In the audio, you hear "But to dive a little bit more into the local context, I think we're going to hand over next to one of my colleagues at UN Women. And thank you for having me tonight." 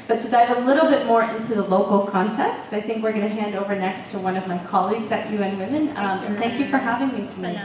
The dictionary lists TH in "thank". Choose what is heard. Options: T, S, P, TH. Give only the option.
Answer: TH